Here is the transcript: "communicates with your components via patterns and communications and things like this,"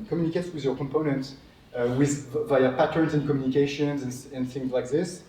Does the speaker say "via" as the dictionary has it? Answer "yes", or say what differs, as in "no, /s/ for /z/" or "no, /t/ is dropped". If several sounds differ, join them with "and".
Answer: yes